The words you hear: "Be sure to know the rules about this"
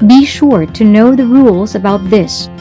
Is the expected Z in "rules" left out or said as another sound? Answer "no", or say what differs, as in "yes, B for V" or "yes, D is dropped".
no